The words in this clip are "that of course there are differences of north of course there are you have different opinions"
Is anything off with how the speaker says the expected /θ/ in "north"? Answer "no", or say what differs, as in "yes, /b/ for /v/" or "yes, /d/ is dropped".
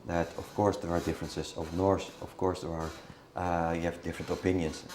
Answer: yes, /s/ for /θ/